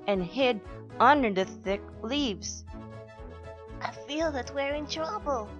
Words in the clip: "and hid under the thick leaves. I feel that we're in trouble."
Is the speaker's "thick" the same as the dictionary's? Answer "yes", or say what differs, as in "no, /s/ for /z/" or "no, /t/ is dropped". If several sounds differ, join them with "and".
yes